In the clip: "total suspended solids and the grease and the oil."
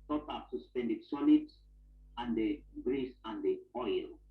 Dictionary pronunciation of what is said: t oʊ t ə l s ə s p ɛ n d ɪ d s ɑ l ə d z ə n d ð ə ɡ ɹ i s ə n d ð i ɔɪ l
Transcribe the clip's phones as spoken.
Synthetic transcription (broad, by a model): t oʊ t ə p s ə s p ɛ n d ɪ d s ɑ n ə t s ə n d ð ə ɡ ɹ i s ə n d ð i ɔɪ l